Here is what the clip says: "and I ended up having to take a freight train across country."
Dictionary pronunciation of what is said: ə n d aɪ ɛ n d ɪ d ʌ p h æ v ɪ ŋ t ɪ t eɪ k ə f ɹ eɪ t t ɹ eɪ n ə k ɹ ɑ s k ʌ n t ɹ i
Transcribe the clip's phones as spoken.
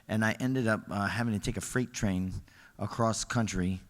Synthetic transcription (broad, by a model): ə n aɪ ɛ n d ɪ d ʌ p h æ v ɪ ŋ t ɪ t eɪ k ə f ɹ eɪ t t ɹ eɪ n ə k ɹ ɑ s k ʌ n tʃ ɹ i